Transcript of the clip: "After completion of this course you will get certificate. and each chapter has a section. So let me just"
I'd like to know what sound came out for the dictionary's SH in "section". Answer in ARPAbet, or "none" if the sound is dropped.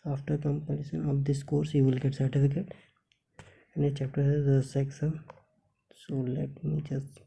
S